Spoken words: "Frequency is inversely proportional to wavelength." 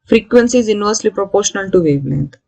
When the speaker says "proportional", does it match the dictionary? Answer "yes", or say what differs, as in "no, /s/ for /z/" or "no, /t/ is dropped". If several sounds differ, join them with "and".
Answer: yes